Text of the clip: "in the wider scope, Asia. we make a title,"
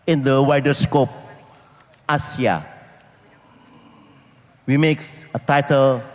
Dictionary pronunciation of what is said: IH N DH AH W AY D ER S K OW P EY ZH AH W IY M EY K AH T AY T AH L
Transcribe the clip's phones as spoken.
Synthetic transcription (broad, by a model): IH N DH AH W AY D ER S K OW P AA S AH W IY M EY K AH T AY T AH L